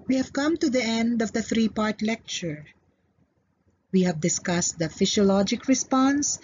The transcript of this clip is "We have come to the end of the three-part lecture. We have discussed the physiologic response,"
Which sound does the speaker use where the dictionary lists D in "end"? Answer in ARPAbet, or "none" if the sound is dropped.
D